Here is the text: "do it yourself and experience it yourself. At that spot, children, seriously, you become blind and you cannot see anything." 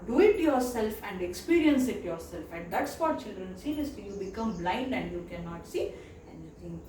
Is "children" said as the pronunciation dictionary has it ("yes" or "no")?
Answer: yes